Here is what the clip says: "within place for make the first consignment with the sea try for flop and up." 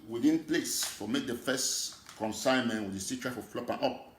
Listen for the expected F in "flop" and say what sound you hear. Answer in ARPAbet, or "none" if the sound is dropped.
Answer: F